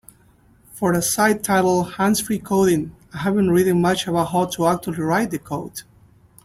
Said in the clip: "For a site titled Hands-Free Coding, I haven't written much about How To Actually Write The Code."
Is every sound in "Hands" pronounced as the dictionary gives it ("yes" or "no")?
no